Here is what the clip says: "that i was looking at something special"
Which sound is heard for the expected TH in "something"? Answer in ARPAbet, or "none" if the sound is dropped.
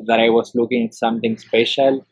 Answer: T